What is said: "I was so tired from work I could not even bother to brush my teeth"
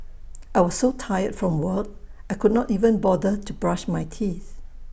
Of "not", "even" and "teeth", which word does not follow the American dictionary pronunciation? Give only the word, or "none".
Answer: none